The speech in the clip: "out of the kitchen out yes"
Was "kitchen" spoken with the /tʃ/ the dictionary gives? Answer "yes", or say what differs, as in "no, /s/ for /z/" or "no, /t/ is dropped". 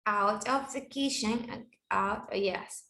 no, /ʃ/ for /tʃ/